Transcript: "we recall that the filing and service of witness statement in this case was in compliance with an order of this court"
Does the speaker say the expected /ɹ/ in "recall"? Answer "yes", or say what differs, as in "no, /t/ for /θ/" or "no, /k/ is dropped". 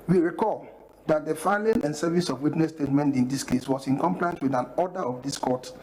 yes